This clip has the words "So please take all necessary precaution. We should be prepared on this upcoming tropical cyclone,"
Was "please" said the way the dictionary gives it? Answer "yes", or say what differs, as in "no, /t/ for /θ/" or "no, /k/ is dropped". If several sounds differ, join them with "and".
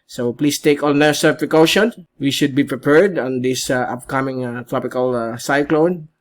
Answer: no, /s/ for /z/